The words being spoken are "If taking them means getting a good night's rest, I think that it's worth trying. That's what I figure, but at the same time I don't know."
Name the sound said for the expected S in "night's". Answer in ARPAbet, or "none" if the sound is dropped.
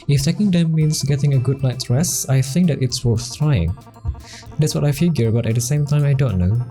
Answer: none